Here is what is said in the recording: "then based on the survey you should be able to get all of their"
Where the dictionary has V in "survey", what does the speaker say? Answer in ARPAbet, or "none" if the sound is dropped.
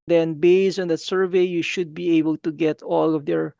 V